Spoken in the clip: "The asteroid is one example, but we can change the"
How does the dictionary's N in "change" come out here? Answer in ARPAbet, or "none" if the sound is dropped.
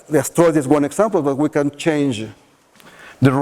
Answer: N